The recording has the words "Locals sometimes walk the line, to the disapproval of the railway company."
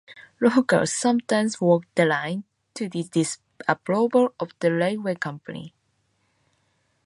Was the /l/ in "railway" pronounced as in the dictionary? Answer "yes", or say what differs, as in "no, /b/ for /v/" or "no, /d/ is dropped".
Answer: no, /l/ is dropped